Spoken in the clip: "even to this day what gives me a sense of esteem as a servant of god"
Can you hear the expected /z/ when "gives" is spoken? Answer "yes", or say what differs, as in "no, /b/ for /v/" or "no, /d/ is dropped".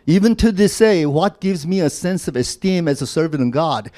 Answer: yes